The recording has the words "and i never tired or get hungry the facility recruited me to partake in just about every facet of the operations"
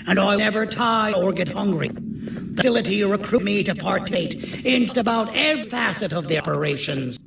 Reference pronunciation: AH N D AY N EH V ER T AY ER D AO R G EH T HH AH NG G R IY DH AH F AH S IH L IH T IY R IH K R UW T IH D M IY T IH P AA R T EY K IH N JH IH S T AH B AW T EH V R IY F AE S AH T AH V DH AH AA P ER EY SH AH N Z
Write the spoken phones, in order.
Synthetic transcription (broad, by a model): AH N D AY N EH V ER T AY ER AO R G EH T HH AH NG G R IY DH AH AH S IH L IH T IY R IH K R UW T M IY T IH P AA R T EY IH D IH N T AH B AW T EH R F AE S AH T AH V DH AH P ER EY SH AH N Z